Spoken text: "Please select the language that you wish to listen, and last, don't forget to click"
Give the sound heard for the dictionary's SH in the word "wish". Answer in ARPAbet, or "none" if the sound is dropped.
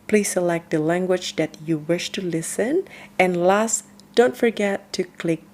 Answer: SH